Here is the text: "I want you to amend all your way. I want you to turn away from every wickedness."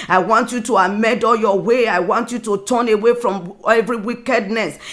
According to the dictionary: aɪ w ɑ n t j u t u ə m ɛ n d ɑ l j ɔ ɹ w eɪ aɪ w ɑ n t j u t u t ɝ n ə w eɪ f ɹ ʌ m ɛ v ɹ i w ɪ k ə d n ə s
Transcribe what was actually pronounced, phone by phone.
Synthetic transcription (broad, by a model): aɪ w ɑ n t j u t u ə m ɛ d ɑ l j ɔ w eɪ aɪ w ɑ n t j u t u t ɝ n ə w eɪ f ɹ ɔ m ɛ v ɹ i w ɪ k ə d n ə s